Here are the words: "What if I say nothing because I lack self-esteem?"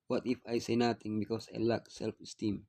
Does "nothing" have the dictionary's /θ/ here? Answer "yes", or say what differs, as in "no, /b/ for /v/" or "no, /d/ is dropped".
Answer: no, /t/ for /θ/